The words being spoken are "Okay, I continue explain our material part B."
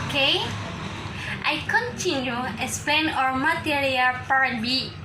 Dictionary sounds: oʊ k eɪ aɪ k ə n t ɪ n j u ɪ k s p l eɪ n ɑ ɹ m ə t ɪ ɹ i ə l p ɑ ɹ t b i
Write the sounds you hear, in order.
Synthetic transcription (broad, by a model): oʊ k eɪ aɪ k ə n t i n j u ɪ s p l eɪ n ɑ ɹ m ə t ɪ ɹ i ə l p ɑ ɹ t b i